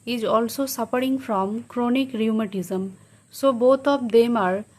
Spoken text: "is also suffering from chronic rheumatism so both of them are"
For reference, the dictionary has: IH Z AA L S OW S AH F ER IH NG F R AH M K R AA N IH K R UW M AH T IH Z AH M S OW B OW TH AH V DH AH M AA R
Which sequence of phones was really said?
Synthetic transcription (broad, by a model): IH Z AA L S OW S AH P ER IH NG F R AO M K R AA N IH K R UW M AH T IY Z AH M S OW B OW T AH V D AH M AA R